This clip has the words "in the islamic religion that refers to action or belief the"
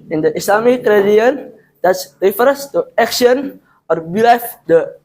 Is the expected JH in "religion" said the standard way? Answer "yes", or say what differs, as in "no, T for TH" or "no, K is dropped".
no, JH is dropped